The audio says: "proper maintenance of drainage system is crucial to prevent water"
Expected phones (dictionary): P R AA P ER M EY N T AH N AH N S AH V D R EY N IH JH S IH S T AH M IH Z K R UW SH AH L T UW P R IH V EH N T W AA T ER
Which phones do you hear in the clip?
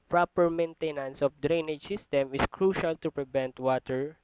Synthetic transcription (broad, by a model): P R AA P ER M EY N T AH N AH N S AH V D R EY N IH JH S IH S T AH M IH S K R UW SH AH L T UW P R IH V EH N T W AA T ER